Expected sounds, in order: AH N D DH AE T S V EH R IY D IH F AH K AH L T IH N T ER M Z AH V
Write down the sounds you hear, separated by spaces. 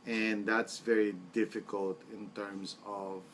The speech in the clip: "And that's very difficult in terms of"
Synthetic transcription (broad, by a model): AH N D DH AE T S V EH R IY D IH F AH K AH L T IH N T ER M S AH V